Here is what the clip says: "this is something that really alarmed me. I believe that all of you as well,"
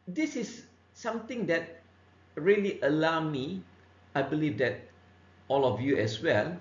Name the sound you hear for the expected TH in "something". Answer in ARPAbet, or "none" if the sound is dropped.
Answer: T